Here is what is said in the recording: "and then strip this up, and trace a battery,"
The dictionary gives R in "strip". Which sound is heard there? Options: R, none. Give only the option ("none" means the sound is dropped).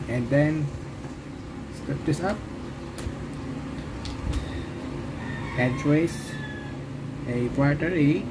none